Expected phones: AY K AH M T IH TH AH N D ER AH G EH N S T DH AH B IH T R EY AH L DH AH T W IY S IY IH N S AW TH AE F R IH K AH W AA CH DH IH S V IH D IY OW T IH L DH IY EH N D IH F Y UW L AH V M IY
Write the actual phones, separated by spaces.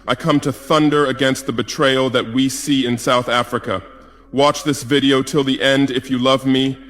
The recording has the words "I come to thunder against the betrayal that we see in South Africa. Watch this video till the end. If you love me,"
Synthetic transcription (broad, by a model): AY K AH M T IH TH AH N D ER AH G EH N S T DH AH B IH T R EY AH L DH AH T W IY S IY IH N S AW TH AE F R IH K AH W AA CH DH IH S V IH D IY OW T IH L DH IY EH N D IH F Y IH L AH V M IY